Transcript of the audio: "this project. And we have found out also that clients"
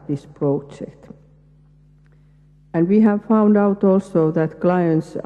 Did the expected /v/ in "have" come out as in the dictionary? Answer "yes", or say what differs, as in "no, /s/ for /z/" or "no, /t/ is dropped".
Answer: yes